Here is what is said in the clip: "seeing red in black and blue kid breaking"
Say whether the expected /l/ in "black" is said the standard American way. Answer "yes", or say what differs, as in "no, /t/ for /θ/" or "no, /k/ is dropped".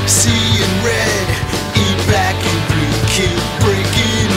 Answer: no, /l/ is dropped